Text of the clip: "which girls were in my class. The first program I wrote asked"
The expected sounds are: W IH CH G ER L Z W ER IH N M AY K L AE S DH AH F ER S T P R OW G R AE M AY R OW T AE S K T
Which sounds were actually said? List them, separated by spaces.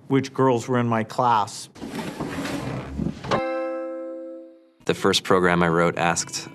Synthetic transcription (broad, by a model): W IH CH G ER L Z W ER IH N M AY K L AE S DH AH F ER S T P R OW G R AE M AY R OW T AE S K T